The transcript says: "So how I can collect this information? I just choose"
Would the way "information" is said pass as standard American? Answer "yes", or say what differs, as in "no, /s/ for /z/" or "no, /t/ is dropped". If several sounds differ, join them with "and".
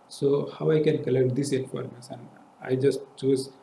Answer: no, /s/ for /ʃ/